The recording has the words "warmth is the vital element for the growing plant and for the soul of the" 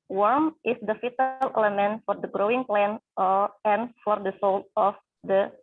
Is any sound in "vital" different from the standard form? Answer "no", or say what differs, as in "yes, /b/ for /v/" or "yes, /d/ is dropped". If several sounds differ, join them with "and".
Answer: yes, /f/ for /v/